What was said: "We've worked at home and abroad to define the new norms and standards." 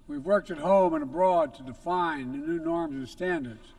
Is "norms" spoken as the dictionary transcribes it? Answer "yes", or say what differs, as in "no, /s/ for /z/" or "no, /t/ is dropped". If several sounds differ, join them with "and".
yes